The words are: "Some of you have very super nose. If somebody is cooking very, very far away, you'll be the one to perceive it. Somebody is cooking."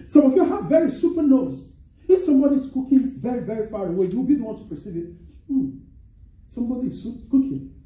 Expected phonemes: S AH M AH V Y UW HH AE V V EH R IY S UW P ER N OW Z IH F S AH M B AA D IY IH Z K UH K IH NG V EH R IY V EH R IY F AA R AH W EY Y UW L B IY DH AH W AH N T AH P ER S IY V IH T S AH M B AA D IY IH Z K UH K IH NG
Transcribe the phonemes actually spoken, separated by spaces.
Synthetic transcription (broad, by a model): S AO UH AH F Y UW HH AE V V EH R IY S UW P ER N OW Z IH F S AH M B AA D IY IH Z K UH K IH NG V EH R IY V EH R IY F AA R AH W EY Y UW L B IY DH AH W AH N T AH P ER S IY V IH T S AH M B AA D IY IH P K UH K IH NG